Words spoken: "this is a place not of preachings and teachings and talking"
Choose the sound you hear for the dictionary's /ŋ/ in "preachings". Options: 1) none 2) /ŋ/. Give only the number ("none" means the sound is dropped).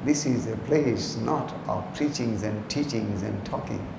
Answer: 2